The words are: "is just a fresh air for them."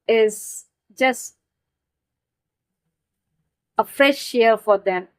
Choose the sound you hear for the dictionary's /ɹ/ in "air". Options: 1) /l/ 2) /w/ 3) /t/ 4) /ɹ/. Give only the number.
1